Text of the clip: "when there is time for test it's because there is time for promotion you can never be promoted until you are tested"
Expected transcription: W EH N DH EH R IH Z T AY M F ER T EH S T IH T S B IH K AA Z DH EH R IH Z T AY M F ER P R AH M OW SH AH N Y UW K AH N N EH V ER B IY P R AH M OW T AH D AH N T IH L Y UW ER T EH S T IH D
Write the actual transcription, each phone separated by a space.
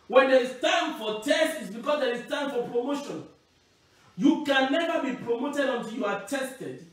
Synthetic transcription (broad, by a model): W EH N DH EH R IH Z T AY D F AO T EH S T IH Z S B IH K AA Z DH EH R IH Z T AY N F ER P R AH M OW SH AH N Y UW K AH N N EH V ER B IY P R AH M OW T AH D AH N T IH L Y UW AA T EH S T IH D